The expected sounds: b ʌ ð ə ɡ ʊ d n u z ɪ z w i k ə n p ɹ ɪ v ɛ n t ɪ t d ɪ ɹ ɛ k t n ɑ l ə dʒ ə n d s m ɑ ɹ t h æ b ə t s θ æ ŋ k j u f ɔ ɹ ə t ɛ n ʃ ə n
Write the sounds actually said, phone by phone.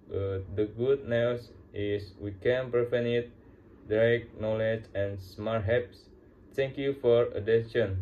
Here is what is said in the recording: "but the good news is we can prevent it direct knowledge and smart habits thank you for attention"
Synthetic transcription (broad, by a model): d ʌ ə ɡ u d n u s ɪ s w i k ə n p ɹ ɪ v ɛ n ɪ t d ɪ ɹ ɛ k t n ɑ l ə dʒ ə n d s m ɑ ɹ t h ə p s t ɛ ŋ k j u f ɔ ɹ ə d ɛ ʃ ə n